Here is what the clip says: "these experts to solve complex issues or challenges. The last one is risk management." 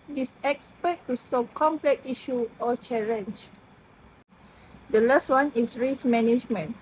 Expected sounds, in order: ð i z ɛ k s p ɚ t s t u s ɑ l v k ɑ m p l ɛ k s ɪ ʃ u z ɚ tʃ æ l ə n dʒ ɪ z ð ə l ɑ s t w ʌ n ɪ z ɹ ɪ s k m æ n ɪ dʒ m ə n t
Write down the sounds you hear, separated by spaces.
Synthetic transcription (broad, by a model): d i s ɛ k s p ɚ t t u s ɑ v k ɑ m p l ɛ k i ʃ u ɔ tʃ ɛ l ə n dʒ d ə l ɑ s t w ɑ n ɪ s ɹ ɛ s m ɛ n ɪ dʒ m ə n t